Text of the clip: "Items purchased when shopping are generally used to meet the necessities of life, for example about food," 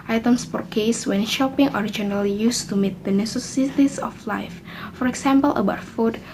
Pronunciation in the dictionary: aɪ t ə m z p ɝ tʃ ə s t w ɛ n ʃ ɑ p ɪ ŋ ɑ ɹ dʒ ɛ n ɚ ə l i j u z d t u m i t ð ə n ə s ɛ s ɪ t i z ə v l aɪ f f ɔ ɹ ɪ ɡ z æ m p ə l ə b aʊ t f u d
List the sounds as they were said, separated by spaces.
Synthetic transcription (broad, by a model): aɪ t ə m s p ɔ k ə s w ɛ n ʃ ɑ p ɪ ŋ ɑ ɹ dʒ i n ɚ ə l i j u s t u m i t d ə n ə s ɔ s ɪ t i s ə f l aɪ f f ɔ ɹ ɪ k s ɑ m p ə l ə b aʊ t f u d